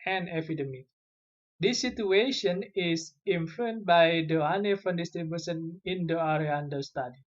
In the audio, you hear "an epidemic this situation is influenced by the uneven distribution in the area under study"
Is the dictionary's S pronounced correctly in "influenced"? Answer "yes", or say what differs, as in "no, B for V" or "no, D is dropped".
no, S is dropped